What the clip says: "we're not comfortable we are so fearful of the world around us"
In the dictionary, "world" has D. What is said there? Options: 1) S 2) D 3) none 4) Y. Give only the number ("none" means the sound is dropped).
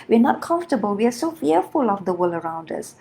3